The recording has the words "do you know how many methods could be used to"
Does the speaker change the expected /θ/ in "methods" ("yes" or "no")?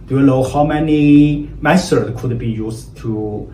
yes